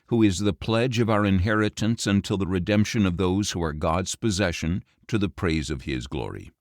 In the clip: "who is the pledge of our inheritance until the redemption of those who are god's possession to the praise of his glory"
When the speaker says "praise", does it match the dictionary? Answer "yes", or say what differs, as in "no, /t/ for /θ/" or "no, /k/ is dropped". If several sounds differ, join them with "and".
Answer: yes